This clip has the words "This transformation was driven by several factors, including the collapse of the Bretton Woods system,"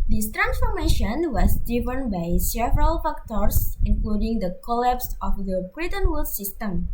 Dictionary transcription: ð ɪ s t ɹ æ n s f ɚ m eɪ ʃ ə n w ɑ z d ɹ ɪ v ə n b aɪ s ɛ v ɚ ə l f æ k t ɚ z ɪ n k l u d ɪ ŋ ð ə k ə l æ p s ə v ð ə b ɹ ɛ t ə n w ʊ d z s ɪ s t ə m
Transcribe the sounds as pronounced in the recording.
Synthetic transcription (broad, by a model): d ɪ s t ɹ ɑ n s f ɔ m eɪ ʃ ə n w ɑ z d ɪ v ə n b aɪ s ɛ v ɚ ə l f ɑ k t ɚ s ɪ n k l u d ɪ ŋ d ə k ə l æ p s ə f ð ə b ɹ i t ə n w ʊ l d s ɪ s t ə m